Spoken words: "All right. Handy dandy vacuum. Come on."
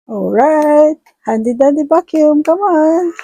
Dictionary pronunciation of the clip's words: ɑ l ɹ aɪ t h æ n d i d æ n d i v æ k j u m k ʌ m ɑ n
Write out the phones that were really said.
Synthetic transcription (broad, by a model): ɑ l ɹ aɪ t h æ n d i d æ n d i b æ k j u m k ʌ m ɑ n